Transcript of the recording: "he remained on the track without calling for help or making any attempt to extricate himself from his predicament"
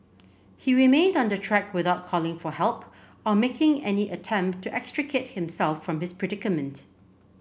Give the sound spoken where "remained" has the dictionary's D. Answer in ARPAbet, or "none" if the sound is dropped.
D